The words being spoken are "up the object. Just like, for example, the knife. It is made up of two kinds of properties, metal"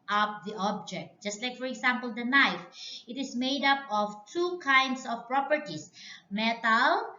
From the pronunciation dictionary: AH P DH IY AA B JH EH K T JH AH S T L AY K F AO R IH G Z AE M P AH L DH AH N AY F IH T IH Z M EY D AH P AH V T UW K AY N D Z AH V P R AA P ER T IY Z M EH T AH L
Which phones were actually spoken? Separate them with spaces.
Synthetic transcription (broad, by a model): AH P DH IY AA B JH EH K T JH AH S T L AY K F AO R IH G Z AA M P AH L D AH N AY F IH T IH S M EY D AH P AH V T UW K AY N D S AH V P R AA P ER T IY S M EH T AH L